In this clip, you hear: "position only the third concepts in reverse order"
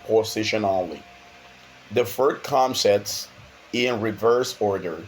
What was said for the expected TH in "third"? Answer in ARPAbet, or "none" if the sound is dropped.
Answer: F